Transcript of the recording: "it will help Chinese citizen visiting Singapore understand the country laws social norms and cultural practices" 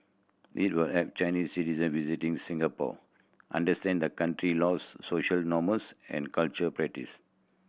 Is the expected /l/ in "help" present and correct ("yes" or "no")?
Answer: no